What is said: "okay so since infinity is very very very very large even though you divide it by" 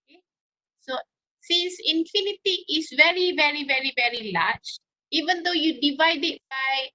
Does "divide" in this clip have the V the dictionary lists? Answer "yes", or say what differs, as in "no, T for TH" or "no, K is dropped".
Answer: yes